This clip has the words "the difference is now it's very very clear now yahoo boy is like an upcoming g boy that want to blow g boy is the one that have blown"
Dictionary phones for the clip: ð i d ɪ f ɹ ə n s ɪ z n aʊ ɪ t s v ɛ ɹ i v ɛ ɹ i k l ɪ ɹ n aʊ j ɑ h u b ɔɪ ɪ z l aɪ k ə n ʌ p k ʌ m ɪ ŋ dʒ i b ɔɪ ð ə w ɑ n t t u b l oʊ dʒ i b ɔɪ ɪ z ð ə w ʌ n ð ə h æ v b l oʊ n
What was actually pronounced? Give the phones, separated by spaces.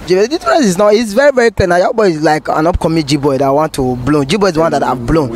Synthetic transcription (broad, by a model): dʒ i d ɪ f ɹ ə s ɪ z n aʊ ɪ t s v ɛ ɹ i v ɛ ɹ i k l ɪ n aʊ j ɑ b ɔɪ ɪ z l aɪ k ə n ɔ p k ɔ m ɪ dʒ i b ɔɪ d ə w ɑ n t t u b l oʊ dʒ i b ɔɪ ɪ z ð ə w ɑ n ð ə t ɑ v b l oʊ n